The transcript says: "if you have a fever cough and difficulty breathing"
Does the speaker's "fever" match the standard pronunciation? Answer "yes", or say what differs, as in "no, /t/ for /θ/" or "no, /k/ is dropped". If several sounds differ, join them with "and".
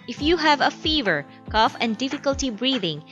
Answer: yes